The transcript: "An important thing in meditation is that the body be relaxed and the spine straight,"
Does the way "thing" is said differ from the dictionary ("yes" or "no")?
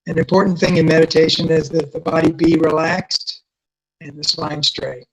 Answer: no